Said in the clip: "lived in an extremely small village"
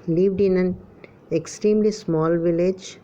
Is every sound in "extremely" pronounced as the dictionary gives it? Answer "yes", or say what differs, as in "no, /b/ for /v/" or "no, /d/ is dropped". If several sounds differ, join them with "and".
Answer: yes